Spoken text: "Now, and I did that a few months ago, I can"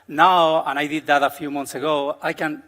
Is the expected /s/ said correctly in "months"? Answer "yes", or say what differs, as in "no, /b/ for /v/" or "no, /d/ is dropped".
yes